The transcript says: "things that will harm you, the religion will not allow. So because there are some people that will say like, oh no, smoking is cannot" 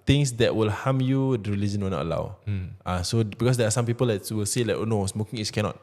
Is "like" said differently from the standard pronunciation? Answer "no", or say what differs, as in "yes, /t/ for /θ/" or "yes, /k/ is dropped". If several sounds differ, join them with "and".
no